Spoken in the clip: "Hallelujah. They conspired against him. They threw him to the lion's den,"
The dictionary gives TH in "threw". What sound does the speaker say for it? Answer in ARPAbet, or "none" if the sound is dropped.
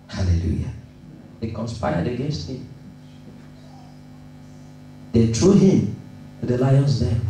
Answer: T